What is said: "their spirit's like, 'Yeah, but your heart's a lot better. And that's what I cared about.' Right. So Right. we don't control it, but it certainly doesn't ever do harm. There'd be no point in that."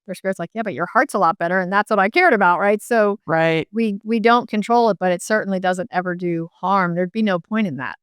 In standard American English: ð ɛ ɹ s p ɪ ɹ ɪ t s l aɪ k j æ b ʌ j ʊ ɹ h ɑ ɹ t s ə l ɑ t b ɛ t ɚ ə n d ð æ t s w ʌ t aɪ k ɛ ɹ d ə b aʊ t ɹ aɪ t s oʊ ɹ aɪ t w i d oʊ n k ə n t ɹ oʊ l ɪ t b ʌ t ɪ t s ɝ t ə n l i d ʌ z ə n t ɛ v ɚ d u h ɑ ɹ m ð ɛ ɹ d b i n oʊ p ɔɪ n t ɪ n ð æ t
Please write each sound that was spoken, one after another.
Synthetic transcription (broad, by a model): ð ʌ ɹ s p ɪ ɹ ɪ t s l aɪ k j æ b ʌ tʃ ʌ ɹ h ɑ ɹ t s ə l ɑ t b ɛ t ɚ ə n ð æ t s w ʌ t aɪ k ɛ ɹ d ə b aʊ t ɹ aɪ t s oʊ ɹ aɪ t w i d oʊ n k ə n t ɹ oʊ l ɪ t b ʌ t ɪ t s ɝ t n l i d ʌ z ə n t ɛ v ɚ d u h ɑ ɹ m ð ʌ ɹ d b i n oʊ p ɔɪ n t ɪ n ð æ t